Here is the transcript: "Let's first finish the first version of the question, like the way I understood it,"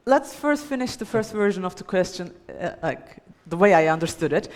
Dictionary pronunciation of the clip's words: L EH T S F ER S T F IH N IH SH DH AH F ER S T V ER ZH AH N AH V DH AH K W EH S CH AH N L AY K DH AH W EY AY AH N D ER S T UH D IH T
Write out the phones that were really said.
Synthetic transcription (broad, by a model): L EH T S F ER S T F IH N IH SH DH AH F ER S T V ER ZH AH N AH V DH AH K W EH S CH AH N L AY K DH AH W EY AY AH N D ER S T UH D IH T